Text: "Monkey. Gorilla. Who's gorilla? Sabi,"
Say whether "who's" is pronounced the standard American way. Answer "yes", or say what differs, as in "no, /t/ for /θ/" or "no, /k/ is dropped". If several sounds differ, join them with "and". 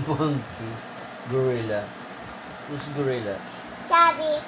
no, /s/ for /z/